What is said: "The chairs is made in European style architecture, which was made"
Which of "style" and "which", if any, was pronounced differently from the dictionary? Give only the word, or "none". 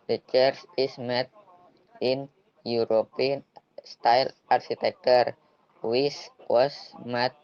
which